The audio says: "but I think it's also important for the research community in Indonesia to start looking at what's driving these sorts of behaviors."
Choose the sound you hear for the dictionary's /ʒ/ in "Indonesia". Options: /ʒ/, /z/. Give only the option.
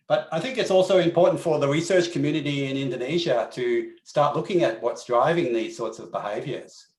/ʒ/